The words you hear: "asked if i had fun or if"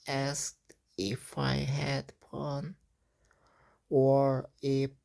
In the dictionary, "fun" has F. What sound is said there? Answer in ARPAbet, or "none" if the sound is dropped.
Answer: P